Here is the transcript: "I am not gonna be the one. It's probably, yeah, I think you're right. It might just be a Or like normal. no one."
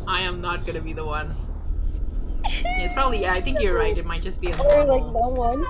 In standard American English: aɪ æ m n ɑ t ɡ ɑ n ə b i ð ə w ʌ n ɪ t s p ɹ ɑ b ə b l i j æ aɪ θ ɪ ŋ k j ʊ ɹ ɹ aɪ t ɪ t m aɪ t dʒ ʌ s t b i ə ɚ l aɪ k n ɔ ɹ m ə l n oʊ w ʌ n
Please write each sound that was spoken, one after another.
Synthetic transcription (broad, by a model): aɪ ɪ m n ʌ t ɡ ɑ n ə b i ð ə w ʌ n ɪ t s p ɹ ɑ b ə b l i j æ aɪ θ ɪ ŋ k j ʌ ɹ ɹ aɪ t ɪ t m aɪ t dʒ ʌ s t b i ə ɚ l aɪ k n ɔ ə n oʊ w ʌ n